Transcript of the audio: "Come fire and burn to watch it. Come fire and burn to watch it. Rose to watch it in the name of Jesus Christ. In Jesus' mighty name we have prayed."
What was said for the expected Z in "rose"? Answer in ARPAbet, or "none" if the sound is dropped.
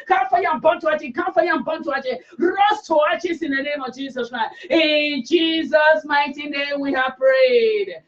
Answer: S